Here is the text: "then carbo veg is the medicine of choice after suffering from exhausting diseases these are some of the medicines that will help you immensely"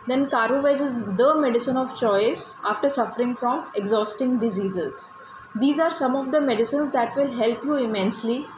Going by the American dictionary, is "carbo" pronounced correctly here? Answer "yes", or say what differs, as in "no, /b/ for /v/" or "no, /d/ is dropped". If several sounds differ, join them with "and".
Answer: no, /b/ is dropped